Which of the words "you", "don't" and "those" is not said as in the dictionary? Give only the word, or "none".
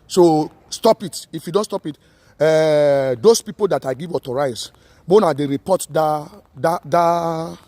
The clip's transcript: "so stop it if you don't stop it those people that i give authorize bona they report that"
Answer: those